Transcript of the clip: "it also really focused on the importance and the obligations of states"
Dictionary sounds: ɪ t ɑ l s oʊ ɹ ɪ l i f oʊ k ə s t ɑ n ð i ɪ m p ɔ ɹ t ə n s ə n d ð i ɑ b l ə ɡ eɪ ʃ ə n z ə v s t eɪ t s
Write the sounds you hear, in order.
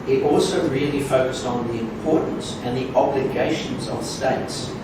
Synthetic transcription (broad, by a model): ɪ t ɑ l s oʊ ɹ ɪ l i f oʊ k ə s t n ð i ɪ m p ɔ ɹ t n s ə n ð i ɑ b l ə ɡ eɪ ʃ ə n z ə v s t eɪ t s